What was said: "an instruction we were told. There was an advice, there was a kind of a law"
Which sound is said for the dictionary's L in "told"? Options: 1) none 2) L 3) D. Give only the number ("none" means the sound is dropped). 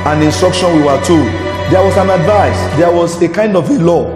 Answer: 1